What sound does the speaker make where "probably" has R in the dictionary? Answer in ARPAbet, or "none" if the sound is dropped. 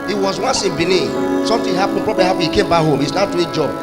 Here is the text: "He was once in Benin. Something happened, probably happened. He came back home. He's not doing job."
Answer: R